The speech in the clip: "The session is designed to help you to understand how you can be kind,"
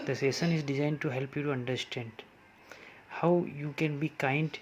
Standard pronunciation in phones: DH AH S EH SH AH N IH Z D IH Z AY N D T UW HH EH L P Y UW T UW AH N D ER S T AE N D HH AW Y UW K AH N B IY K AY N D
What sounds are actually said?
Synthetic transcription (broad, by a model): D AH S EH S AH N IH Z D IH Z AY N D T UW HH EH L P Y UW T UW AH N D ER S T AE N D HH AW Y UW K AH N B IY K AY N D